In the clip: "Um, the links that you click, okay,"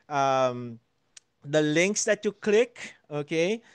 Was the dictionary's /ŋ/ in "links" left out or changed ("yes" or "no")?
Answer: no